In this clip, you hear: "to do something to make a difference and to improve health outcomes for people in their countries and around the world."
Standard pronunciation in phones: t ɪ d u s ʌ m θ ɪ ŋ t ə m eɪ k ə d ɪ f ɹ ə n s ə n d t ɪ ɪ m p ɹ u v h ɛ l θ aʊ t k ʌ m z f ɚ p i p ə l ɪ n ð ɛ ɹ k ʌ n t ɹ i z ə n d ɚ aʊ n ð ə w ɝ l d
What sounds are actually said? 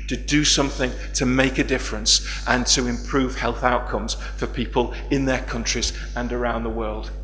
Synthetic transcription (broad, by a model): t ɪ d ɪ s ʌ m θ ɪ ŋ t ə m eɪ k ə d ɪ f ɹ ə n s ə n t ɪ ɪ m p ɹ u v h ɛ l θ aʊ t k ʌ m z f ɚ p i p ə l ɪ n ð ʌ ɹ k ʌ n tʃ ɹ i z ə n ɚ aʊ n ð ə w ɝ l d